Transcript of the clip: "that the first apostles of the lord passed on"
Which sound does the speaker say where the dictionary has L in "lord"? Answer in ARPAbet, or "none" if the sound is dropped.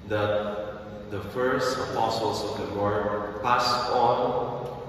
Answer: W